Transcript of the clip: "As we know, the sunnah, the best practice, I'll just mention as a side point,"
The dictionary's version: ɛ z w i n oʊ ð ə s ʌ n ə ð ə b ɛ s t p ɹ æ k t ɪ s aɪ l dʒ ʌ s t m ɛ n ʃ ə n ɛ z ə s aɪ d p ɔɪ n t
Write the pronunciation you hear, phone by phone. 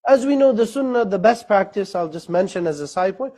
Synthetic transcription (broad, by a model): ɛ z w i n oʊ ð ə s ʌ n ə ð ə b ɛ s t p ɹ æ k t ɪ s aɪ l dʒ ʌ s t m ɛ n ʃ ə n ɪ z ə s aɪ d p ɔɪ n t